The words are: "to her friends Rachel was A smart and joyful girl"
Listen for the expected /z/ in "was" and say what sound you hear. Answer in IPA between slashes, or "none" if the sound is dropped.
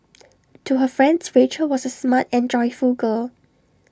/s/